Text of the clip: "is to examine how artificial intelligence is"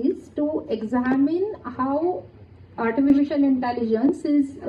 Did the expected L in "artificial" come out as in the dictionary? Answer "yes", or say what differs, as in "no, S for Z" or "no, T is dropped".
no, N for L